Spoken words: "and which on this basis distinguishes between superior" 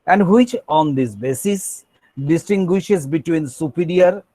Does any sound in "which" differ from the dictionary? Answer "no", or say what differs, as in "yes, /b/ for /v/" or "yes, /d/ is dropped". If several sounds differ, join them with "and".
no